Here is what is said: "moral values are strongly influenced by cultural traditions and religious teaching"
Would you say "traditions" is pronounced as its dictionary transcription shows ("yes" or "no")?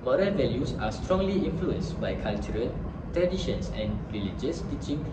no